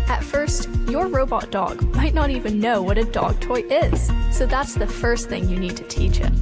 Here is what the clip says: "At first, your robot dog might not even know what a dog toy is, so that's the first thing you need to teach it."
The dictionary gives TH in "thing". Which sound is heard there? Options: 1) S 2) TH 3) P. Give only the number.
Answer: 2